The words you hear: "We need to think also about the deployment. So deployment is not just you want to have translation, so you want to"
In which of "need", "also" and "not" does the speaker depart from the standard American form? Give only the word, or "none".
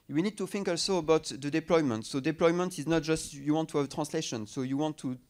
none